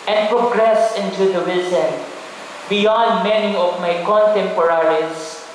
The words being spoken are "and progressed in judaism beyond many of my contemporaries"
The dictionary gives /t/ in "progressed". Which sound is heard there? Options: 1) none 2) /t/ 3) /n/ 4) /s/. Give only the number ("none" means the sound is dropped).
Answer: 1